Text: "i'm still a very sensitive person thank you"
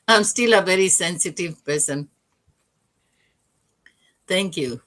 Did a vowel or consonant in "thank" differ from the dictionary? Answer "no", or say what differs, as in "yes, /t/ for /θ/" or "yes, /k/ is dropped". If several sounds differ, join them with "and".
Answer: yes, /t/ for /θ/